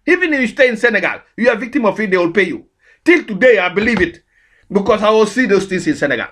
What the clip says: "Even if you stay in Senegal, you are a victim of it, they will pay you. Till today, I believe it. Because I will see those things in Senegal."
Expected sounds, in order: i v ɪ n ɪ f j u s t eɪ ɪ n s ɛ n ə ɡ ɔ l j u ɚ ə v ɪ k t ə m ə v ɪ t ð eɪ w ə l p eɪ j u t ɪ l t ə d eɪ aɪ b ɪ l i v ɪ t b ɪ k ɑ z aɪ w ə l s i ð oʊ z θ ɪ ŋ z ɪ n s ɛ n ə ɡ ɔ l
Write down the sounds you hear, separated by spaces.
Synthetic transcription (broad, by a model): i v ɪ n ɪ f j u s t eɪ ɪ n s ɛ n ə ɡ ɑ l j u ə v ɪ k t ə m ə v ɪ t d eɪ w ə l p eɪ j u t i l t ə d eɪ aɪ b ɪ l i v ɪ t b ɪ k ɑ s aɪ w ə l s i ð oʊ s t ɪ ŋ s ɪ n s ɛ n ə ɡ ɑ l